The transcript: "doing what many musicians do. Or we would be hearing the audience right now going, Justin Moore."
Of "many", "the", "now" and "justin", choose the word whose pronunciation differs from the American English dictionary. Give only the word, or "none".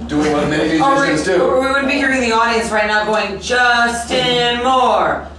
many